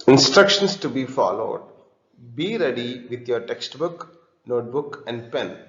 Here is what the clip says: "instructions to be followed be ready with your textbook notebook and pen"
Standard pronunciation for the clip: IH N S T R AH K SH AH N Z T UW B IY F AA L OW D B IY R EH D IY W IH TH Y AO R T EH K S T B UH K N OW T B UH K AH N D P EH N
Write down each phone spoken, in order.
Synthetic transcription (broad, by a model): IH N S T R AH K SH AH N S T UW B IY F AA L OW D B IY R EH D IY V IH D Y AO R T EH K S T B UH K N OW T B UH K AH N D P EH N